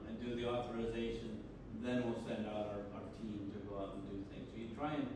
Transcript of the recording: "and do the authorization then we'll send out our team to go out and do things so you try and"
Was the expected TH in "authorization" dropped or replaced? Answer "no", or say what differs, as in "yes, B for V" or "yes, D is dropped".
no